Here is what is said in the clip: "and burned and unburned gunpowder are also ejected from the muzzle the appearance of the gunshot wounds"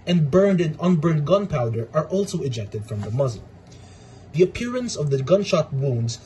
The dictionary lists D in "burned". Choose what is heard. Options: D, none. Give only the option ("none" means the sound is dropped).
D